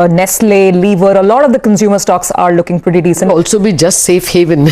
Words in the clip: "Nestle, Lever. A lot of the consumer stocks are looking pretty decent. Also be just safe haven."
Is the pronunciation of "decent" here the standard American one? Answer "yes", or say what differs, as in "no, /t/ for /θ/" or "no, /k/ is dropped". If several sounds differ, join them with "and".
no, /t/ is dropped